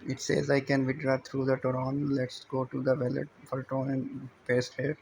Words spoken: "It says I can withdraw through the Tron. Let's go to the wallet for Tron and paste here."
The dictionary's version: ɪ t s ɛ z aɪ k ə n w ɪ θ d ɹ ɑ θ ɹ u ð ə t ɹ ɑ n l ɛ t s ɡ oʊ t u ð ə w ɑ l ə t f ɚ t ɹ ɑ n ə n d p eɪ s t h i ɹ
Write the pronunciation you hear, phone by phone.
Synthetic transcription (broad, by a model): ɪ t s ɛ z aɪ k ə n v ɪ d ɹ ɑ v ɹ u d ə t ɹ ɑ n l ɛ t s ɡ oʊ t u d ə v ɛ l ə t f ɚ t ɔ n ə n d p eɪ s t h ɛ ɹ